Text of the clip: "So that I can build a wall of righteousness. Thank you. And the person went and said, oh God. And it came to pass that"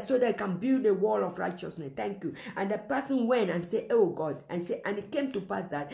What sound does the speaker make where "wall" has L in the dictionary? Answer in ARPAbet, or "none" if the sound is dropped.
L